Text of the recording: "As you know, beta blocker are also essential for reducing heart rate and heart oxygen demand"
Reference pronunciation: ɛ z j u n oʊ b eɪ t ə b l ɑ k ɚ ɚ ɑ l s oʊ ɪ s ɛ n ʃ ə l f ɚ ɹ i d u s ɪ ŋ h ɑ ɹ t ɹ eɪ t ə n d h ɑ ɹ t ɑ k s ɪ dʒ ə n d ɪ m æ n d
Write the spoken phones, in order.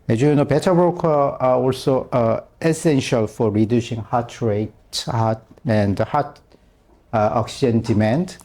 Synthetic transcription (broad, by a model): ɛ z j u n oʊ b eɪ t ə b ɑ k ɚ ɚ ɑ l s oʊ ɪ s ɛ n ʃ ə l f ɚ ɹ i d u s ɪ ŋ h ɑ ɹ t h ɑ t ə n d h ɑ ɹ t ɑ k s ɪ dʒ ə n d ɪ m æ n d